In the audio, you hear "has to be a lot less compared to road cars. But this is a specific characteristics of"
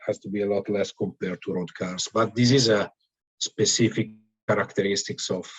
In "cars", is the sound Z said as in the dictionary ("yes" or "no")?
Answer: no